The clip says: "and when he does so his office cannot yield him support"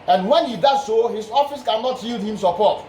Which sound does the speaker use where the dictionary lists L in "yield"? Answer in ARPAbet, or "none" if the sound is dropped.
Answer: L